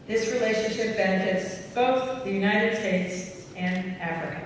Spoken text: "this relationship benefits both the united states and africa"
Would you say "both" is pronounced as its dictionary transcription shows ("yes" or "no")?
yes